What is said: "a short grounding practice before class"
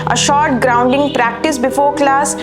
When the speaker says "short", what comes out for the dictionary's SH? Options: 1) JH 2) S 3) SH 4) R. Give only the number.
3